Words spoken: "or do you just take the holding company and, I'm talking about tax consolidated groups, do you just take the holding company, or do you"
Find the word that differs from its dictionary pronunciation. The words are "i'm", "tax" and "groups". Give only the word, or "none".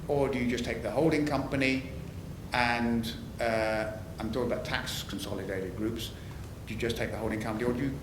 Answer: none